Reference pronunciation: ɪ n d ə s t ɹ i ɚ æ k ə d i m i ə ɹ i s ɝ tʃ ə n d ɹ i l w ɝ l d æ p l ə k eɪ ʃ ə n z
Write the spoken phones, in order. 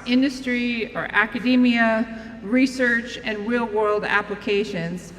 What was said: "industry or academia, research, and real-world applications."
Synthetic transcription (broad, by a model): ɪ n d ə s t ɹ i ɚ æ k ə d i m i ə ɹ i s ɝ tʃ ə n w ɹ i l w ɝ l d æ p l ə k eɪ ʃ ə n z